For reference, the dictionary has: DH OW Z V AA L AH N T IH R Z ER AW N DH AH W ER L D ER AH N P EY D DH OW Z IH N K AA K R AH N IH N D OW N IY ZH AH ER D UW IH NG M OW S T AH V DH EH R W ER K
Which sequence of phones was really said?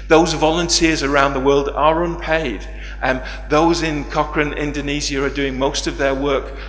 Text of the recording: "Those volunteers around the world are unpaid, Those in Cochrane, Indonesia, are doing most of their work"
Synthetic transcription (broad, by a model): DH OW Z V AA L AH N T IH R Z ER AW N DH AH W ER L D ER AH N P EY D DH OW Z IH N K AA K R AH N IH N D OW N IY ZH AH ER D UW IH NG M OW S T AH V DH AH R W ER K